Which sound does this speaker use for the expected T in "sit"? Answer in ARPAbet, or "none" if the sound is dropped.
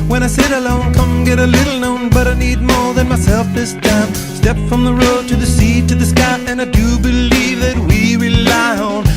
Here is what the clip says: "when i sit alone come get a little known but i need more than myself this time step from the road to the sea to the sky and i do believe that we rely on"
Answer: T